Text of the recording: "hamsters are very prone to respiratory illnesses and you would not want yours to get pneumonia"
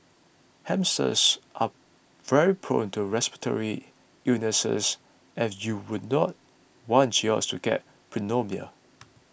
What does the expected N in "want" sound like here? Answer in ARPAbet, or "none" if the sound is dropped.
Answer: N